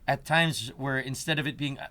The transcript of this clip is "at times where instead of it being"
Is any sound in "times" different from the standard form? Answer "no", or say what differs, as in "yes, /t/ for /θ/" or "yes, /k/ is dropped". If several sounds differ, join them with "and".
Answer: no